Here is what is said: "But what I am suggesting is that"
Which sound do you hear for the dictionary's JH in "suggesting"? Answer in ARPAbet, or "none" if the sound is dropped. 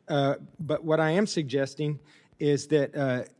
JH